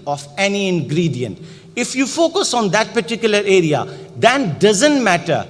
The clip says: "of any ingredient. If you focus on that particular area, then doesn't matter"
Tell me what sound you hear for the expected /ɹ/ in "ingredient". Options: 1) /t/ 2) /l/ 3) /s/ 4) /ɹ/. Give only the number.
4